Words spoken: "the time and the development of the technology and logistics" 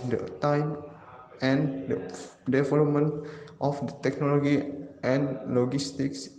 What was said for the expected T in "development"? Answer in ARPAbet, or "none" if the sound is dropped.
T